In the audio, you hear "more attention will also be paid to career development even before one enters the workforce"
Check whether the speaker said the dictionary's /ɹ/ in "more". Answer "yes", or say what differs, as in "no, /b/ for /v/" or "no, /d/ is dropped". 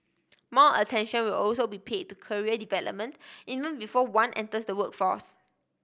no, /l/ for /ɹ/